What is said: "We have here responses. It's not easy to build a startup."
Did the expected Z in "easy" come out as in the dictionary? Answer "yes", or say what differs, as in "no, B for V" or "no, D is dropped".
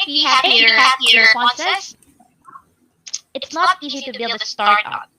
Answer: yes